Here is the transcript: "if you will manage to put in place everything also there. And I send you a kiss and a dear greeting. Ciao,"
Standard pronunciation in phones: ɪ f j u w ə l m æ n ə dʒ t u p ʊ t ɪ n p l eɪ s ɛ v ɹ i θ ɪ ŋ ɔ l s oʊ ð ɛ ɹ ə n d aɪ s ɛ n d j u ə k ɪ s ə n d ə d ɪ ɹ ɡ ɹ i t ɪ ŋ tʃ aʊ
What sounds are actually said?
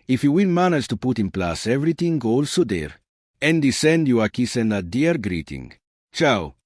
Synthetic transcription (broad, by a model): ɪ f j u w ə n m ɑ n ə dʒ t u p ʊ t ɪ n p l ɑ s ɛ v ɹ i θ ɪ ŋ ɔ l s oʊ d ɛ ɹ ə n d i s ɛ n d j u ə k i s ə n d ə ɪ ɹ ɡ ɹ i t ɪ ŋ tʃ aʊ